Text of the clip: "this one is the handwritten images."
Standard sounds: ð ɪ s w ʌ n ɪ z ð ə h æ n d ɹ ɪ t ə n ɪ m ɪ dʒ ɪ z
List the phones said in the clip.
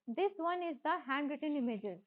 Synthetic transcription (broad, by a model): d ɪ s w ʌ n ɪ z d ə h æ n d ɹ ɪ t ə n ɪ m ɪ dʒ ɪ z